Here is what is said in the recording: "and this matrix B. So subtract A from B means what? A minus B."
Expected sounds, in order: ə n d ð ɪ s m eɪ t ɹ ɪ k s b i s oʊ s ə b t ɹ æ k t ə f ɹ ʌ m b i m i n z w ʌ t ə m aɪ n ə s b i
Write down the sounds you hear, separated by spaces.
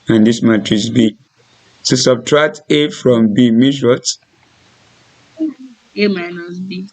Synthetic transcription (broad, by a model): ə n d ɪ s m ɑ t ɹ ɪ s b i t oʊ s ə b t ɹ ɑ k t ə f ɹ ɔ m b i m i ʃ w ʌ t ə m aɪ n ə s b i